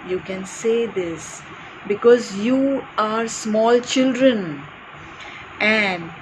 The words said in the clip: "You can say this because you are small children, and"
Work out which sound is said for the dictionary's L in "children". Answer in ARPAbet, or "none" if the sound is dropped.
L